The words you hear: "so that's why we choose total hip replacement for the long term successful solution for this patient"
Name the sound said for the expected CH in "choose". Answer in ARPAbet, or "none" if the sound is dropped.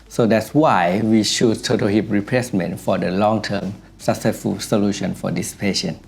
SH